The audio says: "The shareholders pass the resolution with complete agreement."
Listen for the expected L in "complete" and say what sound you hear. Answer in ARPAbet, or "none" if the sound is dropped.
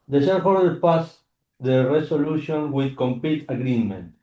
none